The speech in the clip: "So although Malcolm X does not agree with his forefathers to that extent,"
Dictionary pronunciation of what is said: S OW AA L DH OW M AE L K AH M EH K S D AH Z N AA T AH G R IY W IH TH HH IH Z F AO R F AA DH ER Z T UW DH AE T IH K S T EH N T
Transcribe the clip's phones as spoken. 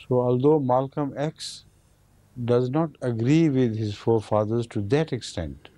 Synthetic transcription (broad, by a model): S OW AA L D OW M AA L K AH M EH K S D AH Z N AA T AH G R IY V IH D HH IH Z F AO R F AA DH ER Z T UW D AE T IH K S T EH N T